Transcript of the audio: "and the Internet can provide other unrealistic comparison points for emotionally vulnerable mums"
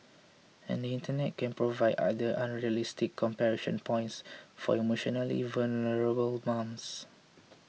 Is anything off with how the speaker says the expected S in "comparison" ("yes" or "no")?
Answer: yes